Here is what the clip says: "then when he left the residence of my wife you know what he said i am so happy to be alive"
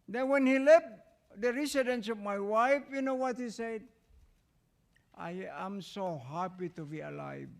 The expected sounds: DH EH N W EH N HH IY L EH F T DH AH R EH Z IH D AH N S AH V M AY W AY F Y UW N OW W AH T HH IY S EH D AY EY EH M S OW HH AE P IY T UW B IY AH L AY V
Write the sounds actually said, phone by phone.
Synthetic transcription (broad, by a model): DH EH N W EH N HH IY L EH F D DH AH R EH S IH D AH N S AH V M AY W AY F Y UW N OW W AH T HH IY S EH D AY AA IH M S OW HH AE P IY T UW B IY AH L AY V